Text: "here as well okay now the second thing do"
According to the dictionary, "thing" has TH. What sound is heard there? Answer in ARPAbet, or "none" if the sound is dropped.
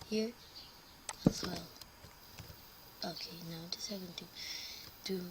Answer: T